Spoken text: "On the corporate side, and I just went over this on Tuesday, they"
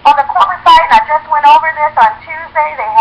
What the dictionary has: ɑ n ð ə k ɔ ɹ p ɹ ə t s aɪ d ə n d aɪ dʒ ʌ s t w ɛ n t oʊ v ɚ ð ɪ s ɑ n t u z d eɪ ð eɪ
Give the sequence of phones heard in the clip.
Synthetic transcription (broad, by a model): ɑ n ð ə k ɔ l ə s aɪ ə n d aɪ dʒ ʌ s t w ɛ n t oʊ v ɚ ð ɪ s n t u z d eɪ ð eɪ